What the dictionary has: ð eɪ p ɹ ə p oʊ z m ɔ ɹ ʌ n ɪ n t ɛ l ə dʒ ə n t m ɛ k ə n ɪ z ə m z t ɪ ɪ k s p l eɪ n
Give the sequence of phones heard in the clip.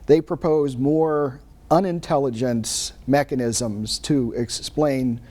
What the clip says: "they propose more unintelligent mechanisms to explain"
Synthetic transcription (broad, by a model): ð eɪ p ɹ ə p oʊ z m ɔ ɹ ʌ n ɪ n t ɛ l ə dʒ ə n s m ɛ k ə n ɪ z ə m z t ɪ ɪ k s p l eɪ n